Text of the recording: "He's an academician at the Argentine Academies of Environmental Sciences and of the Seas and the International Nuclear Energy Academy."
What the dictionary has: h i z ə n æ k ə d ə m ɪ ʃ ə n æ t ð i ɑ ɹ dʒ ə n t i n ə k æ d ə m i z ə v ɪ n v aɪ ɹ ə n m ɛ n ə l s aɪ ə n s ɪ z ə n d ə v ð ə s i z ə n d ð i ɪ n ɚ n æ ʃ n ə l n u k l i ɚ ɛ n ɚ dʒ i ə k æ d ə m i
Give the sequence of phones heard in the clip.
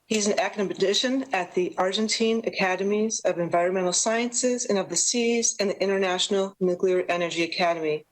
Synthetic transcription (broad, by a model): h i z n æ k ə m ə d ɪ ʃ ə n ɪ t ð i ɑ ɹ dʒ ə n t i n ə k æ d ə m i z ə v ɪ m v aɪ ɹ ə n m ɛ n l s aɪ ə n s ɪ z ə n ə v ð ə s i z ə n ð i ɪ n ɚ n æ ʃ n l n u k l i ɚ ɛ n ɚ dʒ i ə k æ d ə m i